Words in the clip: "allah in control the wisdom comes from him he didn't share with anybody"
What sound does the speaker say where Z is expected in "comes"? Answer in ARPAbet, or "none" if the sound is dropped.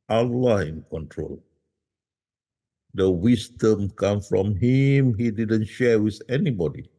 none